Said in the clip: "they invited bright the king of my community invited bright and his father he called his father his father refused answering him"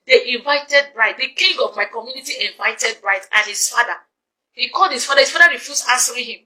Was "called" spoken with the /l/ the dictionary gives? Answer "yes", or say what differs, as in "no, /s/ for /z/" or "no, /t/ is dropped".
yes